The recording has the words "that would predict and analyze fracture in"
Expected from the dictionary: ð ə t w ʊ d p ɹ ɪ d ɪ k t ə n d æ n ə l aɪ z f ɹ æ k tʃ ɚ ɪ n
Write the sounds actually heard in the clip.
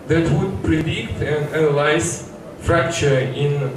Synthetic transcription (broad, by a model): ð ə t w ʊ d p ɹ ɪ d ɪ k t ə n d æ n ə l aɪ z f ɹ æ k tʃ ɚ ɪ n